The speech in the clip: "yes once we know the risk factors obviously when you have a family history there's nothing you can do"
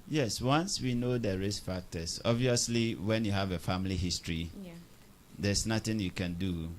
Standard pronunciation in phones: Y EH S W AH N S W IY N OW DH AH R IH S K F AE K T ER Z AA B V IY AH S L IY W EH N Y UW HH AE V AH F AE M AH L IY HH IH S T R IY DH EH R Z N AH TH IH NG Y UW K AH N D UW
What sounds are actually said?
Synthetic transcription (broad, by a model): Y EH S W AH N S W IY N OW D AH R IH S F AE K T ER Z AA B V IY AH S L IY W EH N Y UW HH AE V AH F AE M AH L IY HH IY S T R IY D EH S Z N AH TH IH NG Y UW K AH N D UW